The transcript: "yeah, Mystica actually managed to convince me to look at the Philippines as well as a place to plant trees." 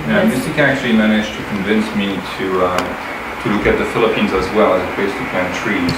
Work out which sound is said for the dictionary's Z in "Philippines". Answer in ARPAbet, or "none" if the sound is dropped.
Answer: Z